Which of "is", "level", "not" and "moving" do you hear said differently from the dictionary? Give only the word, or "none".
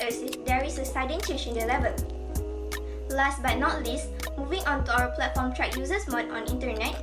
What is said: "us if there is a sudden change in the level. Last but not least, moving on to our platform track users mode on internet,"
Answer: is